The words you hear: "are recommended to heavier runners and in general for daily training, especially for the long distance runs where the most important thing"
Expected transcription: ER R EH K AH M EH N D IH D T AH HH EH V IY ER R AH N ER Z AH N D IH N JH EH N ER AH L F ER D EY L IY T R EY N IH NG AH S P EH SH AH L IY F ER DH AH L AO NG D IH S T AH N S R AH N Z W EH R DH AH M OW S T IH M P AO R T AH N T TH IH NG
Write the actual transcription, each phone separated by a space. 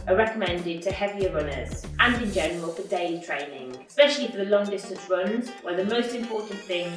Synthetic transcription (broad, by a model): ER R EH K AH M EH N D IH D T AH HH EH V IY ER R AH N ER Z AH N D IH N JH EH N ER AH L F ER D EY L IY T R EY N IH NG AH S P EH SH AH L IY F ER DH AH L AO NG D IH S T AH N S R AH N Z W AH DH AH M OW S T IH M P AO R T N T TH IH NG